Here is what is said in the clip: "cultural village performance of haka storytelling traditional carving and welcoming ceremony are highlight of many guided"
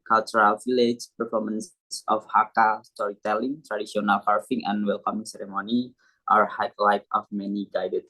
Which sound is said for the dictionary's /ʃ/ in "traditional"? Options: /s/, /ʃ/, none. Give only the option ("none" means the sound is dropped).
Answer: /s/